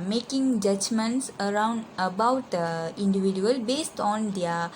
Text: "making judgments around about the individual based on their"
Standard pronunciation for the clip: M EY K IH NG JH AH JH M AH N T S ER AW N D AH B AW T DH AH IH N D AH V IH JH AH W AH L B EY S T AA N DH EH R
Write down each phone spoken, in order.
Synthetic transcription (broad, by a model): M EY K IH NG JH AH JH M AH N T S ER AW N D AH B AW T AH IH N D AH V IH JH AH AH L B EY S T AA N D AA